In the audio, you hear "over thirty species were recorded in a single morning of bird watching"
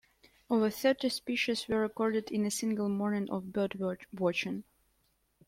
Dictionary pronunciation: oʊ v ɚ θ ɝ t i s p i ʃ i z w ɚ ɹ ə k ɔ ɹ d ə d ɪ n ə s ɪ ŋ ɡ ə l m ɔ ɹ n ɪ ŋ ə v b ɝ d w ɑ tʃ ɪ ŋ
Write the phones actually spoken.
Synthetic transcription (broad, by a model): oʊ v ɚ θ ɝ t i s p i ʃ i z w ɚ ɹ ə k ɔ ɹ d ə d ɪ n ə s ɪ ŋ ɡ ə l m ɔ ɹ n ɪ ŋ ə v b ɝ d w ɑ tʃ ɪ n